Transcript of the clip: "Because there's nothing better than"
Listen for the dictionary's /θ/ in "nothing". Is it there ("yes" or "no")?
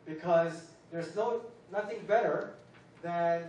yes